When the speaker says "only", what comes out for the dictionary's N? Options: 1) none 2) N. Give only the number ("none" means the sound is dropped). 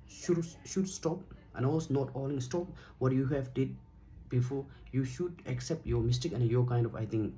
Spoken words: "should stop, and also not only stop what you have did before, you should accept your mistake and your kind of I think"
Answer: 1